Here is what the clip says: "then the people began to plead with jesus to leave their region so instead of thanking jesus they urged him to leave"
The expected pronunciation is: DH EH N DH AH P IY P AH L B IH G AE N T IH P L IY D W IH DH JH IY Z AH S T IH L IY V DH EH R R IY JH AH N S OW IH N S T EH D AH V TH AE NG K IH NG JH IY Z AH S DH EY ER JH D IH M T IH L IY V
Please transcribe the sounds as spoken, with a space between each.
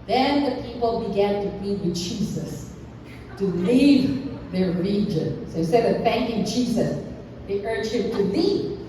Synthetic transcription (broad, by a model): DH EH N DH AH P IY P L B IH G AE N T IH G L IY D W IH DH JH IY Z AH S T IH L IY V DH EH R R IY JH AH N S OW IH S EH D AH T TH AE NG K IH NG JH IY Z AH S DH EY ER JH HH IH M T IH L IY